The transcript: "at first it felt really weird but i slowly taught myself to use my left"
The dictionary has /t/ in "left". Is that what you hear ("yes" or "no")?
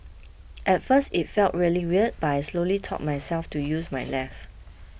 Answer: no